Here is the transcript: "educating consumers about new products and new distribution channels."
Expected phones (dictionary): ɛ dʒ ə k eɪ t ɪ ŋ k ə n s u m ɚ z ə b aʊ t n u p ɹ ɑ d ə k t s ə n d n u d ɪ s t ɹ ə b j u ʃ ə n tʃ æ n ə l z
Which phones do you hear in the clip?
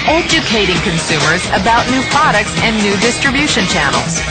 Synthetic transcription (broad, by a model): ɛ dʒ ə k eɪ t ɪ ŋ k ə n s u m ɚ z ə b aʊ t n u p ɹ ɑ d ə k t s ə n n u d ɪ s t ɹ ə b j u ʃ ə n tʃ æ n l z